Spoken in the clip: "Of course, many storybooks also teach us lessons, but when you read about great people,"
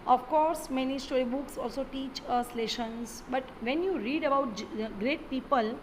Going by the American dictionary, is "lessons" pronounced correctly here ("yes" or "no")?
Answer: no